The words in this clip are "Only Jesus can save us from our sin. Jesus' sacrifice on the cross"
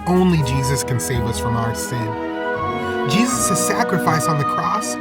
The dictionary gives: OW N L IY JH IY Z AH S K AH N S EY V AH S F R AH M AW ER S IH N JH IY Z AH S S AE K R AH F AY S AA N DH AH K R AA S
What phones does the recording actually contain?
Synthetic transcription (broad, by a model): OW N L IY JH IY Z AH S K AH N S EY V AH S F R AH M AW ER S IH N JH IY Z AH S S AE K R AH F AY S N DH AH K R AA S